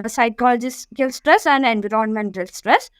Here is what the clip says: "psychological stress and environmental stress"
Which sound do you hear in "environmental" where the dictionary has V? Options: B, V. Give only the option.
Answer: B